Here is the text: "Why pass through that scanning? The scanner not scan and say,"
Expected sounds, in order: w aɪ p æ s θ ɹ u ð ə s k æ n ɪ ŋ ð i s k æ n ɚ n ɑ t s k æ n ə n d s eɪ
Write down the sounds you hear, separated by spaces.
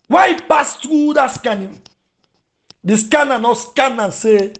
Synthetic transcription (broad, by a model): w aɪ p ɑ s t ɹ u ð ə s k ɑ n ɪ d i s k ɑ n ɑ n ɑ s k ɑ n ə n s eɪ